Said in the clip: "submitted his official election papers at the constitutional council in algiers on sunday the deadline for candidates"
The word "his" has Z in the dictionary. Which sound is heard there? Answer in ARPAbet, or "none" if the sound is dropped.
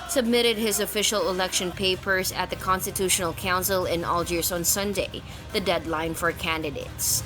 Z